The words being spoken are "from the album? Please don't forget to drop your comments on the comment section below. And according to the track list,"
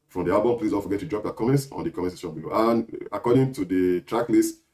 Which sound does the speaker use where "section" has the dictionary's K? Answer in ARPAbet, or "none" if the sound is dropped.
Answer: none